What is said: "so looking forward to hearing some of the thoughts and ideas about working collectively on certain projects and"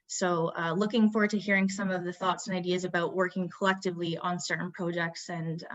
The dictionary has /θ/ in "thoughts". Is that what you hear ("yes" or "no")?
yes